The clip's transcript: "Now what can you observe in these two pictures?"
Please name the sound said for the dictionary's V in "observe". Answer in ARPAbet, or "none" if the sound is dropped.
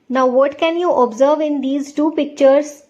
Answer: V